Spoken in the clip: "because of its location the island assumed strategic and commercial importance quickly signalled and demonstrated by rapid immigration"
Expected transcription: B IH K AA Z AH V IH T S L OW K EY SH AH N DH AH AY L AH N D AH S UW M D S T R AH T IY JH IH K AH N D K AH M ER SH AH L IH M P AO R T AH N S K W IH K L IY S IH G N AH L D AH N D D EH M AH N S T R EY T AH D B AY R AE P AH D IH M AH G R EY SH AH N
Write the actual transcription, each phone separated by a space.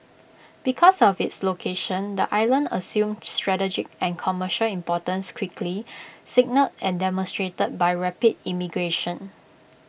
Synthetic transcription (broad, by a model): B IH K AA S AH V IH T S L OW K EY SH AH N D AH AY L AH N D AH S UW M S T R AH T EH JH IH K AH N K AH M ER SH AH L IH M P AO T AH N S K W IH K L IY S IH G N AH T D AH N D D EH M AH N S T R EY T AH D B AY R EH P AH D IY M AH G R EY SH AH N